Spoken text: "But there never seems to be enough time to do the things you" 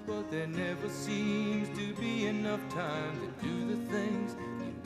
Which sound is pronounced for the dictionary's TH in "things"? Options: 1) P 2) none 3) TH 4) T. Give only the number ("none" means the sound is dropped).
3